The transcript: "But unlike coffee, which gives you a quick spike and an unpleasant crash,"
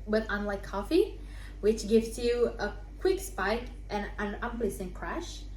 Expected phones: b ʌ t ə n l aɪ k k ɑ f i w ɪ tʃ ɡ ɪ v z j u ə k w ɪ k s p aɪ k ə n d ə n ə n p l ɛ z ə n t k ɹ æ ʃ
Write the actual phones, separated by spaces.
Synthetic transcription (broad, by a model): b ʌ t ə n l aɪ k k ɑ f i w ɪ tʃ ɡ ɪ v s j u ə k w ɪ k s p aɪ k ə n ə n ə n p l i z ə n k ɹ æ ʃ